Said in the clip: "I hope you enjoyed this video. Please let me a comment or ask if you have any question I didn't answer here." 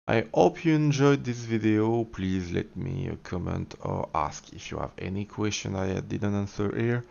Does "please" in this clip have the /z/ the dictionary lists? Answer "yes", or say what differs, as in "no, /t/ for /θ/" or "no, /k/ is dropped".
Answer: yes